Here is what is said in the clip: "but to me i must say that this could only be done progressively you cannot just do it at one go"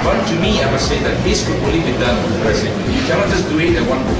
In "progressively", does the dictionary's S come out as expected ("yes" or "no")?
no